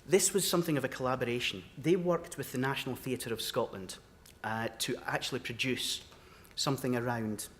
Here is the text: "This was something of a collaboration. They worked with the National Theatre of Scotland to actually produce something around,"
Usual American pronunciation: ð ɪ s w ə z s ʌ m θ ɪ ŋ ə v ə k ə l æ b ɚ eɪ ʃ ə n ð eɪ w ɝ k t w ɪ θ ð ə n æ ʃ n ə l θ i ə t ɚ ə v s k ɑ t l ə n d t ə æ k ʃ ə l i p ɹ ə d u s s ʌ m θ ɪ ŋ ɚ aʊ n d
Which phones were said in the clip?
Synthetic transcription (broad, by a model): ð ɪ s w ə z s ʌ m θ ɪ ŋ ə v ə k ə l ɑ b ɚ eɪ ʃ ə n ð eɪ w ɝ k t w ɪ ð ə n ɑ ʃ n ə l θ i ə t ɚ ə v s k ɑ t l ə n d t ə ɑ k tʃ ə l i p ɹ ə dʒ u s s ʌ m θ ɪ ŋ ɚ aʊ n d